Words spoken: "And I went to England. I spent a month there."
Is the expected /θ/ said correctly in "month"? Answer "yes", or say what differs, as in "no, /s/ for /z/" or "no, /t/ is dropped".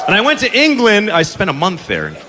yes